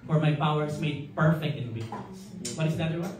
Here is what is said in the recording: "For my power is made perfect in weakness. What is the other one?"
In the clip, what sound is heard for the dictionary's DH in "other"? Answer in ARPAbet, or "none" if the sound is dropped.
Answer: none